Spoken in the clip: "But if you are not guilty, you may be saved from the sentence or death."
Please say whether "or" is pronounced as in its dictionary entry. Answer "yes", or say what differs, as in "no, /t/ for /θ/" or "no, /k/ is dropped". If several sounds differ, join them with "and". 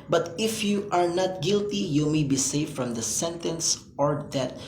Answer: yes